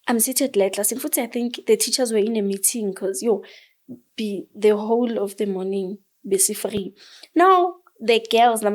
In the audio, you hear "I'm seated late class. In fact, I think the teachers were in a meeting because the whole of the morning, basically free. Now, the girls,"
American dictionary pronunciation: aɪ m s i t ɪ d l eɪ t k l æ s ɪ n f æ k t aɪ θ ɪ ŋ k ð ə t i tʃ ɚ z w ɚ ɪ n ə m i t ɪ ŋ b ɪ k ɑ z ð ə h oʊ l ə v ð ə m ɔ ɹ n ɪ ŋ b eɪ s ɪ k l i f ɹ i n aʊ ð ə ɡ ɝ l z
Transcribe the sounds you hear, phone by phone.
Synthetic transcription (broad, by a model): aɪ m s i t ɪ d l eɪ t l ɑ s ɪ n f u t aɪ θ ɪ ŋ k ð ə t i tʃ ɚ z w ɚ ɪ n ə m i t ɪ ŋ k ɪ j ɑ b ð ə h oʊ l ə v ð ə m ɔ n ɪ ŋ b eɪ s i f ɹ i n aʊ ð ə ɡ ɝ l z